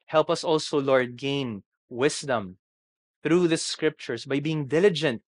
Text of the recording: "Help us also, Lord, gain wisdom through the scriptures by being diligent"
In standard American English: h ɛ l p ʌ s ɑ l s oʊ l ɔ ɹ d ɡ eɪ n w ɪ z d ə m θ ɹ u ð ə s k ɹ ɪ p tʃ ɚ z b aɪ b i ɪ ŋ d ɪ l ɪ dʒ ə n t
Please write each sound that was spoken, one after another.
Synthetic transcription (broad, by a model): h ɛ l p ʌ s ɑ l s oʊ l ɔ ɹ d ɡ eɪ n w ɪ s d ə m θ ɹ u ð ə s k ɹ ɪ p tʃ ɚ s b aɪ b i ɪ ŋ d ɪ l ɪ dʒ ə n t